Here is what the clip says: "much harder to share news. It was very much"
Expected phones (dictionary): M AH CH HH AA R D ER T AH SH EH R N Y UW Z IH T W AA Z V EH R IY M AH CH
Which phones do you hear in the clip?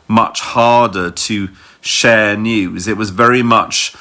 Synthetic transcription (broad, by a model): M AH CH HH AA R D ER T AH SH EH N Y UW Z IH T W AA Z V EH R IY M AH CH